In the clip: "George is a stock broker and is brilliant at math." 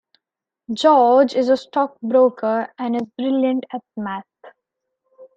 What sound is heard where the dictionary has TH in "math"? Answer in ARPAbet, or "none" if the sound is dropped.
T